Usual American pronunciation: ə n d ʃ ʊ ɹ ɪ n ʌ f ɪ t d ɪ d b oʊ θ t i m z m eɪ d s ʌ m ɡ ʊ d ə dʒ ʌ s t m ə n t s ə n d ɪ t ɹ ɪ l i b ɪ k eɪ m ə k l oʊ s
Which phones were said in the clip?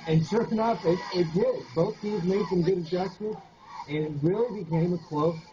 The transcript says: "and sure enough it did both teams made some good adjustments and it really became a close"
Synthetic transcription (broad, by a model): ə n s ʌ ɹ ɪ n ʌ p ɪ t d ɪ b oʊ θ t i z m eɪ d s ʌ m ɡ ʊ d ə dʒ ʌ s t ə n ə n ɪ t ɹ ɪ l i b ɪ k eɪ m ə k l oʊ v